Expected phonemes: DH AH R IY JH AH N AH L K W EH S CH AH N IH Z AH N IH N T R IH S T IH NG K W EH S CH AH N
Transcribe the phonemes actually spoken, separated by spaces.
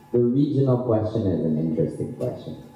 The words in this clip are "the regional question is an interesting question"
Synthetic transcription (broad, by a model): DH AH R IY JH AH N AH L K W EH S CH AH N IH Z AH N IH N T R IH S T IH NG K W EH S CH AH N